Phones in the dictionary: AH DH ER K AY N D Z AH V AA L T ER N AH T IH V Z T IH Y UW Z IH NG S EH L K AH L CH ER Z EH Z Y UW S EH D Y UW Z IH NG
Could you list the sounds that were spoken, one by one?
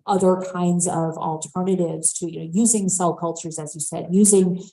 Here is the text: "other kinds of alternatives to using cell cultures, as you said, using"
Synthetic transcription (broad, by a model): AH DH ER K AY N D Z AH V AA L T ER N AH T IH V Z T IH Y UW Z IH NG S EH L K AH L CH ER Z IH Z Y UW S EH D Y UW Z IH NG